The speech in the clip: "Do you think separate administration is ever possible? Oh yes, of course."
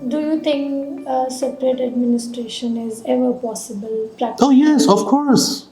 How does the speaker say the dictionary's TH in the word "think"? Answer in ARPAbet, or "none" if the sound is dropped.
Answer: T